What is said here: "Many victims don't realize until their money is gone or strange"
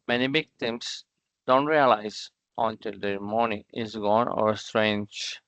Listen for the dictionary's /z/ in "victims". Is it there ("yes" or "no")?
no